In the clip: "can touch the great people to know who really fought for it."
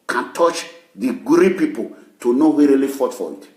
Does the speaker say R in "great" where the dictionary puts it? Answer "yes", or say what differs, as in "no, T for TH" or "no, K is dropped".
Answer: no, R is dropped